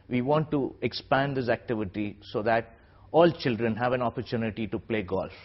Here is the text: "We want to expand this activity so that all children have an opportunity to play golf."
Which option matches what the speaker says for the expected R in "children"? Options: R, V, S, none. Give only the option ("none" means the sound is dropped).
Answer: R